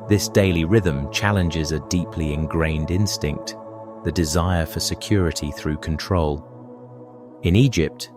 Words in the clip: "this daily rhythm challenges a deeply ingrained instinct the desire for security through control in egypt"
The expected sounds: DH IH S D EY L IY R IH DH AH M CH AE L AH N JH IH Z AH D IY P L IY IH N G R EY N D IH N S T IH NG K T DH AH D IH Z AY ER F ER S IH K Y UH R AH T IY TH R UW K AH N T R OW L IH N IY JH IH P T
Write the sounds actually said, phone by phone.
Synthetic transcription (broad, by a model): DH IH S D EY L IY R IH DH AH M CH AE L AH N JH IH Z AH D IY P L IY IH N G R EY N D IH N S T IH NG K T DH AH D IH Z AY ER F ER S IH K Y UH R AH T IY TH R UW K AH N T R OW L IH N IY JH IH P T